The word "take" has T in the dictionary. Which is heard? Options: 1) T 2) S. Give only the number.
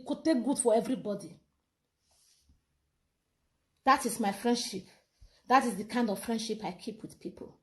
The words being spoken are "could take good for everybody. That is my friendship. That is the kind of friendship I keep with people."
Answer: 1